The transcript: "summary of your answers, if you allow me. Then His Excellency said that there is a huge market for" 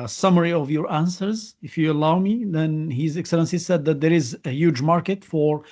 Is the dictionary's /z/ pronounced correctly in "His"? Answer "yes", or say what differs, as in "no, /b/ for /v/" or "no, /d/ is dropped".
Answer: yes